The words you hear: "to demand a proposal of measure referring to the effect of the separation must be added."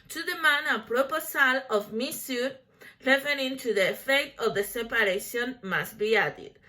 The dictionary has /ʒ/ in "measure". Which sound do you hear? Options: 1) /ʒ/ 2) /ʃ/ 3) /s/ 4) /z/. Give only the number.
3